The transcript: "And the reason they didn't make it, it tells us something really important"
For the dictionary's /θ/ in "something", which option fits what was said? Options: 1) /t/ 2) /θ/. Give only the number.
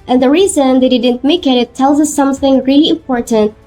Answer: 2